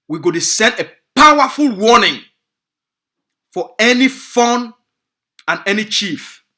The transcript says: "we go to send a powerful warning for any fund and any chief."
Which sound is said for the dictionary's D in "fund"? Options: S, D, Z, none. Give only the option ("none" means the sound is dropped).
none